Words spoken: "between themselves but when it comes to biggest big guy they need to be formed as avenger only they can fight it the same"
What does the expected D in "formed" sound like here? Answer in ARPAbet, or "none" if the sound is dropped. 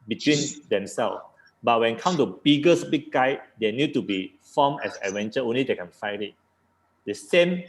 none